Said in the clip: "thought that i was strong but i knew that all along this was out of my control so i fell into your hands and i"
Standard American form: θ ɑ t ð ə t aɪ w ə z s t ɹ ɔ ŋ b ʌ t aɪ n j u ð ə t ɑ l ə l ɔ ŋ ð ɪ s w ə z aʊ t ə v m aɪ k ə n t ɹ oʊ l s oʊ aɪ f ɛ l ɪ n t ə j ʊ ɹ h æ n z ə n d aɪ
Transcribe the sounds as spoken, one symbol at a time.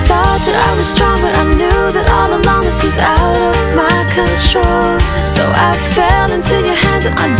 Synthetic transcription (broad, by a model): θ ɑ t ð ə t aɪ w ə z s t ɹ ɔ ŋ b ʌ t aɪ n j u ð ə t ɑ l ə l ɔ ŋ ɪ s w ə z aʊ t ə v m aɪ k ə n t ɹ oʊ l s oʊ aɪ f ɛ l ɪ n s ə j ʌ ɹ h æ n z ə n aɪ